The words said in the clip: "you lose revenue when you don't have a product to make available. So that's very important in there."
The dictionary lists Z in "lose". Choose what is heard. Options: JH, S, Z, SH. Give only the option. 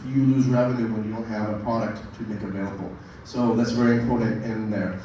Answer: Z